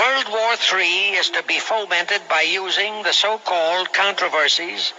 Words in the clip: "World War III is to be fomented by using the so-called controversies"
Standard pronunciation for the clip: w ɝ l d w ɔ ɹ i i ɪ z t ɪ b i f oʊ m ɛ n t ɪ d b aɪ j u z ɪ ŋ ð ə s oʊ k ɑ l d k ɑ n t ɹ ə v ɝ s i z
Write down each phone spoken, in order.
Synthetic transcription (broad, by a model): ɝ l d w ɔ ɹ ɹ i ɪ z t ɪ b i f oʊ m ɛ n t ɪ d b aɪ j u z ɪ ŋ ð ə s oʊ k ɑ l d k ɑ n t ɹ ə v ɝ s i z